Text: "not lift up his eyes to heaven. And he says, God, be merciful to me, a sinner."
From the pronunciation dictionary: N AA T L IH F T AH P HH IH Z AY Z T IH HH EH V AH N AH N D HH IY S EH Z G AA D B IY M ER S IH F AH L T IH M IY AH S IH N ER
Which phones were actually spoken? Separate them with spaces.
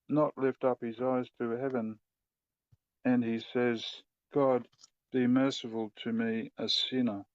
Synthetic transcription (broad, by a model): N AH T L IH F T AH P HH IH Z AY Z T IH HH EH V AH N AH N IY S EH Z G AA D B IY M ER S IH F AH L T IH M IY AH S IH N ER